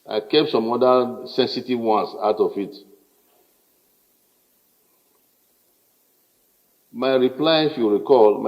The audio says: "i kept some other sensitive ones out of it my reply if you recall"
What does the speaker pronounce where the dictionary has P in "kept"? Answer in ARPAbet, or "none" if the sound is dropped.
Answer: P